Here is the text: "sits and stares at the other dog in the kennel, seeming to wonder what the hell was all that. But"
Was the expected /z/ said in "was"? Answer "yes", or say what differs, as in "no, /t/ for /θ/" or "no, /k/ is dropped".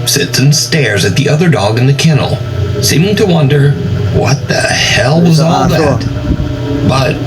yes